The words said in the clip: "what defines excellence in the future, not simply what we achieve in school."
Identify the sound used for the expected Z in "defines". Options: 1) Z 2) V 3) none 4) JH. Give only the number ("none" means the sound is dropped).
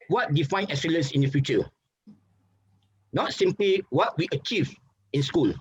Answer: 3